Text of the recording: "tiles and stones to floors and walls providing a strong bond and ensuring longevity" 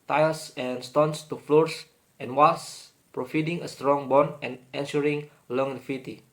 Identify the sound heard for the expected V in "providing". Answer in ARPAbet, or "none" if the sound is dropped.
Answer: F